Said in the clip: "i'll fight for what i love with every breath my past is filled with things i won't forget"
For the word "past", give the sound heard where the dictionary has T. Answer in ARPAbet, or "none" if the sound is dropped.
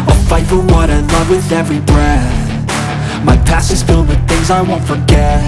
none